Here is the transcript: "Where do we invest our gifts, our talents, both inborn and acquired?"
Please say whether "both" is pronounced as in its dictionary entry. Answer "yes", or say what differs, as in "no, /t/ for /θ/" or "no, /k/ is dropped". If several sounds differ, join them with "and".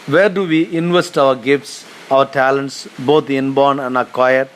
no, /t/ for /θ/